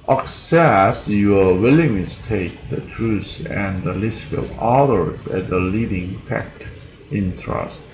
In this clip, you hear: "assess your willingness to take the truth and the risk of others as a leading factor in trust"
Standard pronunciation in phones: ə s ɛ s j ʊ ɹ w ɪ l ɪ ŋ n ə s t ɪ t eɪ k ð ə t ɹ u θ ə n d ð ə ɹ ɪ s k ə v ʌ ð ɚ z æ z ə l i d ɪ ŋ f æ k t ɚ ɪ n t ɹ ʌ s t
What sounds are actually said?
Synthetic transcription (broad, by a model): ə s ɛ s j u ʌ w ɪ l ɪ ŋ t ɪ t eɪ k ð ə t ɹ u s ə n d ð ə l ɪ s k ə v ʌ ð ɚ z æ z ə l i d ɪ ŋ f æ k t ɪ n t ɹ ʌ s t